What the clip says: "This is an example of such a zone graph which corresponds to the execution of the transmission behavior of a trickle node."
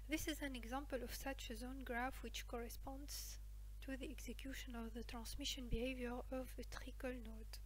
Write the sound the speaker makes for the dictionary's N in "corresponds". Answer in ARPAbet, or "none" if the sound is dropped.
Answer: N